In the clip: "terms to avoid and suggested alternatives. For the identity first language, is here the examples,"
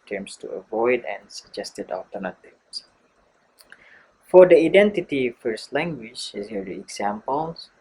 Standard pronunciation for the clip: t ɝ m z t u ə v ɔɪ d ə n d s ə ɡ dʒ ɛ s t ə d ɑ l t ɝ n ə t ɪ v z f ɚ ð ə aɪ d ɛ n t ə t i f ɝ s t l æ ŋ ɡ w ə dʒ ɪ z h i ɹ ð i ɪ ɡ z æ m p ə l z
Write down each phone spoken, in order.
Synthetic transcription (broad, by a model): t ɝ m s t u ə v ɔɪ d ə n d s ə ɡ dʒ ɛ s t ə d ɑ l t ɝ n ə t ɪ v s f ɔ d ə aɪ d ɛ n t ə t i f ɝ s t l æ ŋ ɡ w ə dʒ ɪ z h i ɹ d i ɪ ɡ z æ m p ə l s